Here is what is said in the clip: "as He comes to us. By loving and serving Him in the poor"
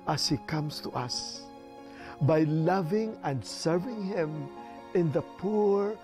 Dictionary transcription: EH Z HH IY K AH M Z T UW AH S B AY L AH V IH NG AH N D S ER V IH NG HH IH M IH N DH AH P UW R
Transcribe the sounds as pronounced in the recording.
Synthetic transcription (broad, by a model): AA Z HH IY K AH M S T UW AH S B AY L AH V IH NG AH N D S ER V IH NG HH IH M IH N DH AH P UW R